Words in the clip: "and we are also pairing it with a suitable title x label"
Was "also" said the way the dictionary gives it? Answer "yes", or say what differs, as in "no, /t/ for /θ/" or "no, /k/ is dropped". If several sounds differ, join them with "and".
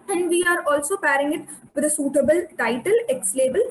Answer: yes